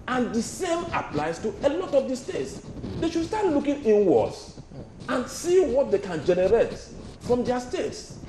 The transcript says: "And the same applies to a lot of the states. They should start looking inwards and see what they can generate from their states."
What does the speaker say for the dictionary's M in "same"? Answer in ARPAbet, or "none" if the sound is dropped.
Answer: M